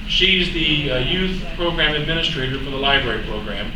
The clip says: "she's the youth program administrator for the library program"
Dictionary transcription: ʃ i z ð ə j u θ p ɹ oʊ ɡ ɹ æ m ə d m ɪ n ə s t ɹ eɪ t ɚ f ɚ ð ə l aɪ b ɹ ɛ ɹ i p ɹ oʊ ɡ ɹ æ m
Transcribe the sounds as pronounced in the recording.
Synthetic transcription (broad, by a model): ʃ i z ð ə j u θ p ɹ oʊ ɡ ɹ æ m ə d m ɪ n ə s t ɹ eɪ t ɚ f ɚ ð ə l aɪ b ɹ ɛ ɹ i p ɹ oʊ ɡ ɹ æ m